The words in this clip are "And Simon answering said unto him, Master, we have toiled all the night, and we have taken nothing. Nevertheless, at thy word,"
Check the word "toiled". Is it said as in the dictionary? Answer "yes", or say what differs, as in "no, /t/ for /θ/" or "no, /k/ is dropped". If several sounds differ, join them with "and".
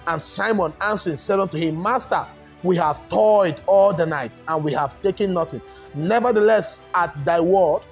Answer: no, /l/ is dropped